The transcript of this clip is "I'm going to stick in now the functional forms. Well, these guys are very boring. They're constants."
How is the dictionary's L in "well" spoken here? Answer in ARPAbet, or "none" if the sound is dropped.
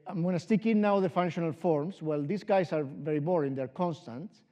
L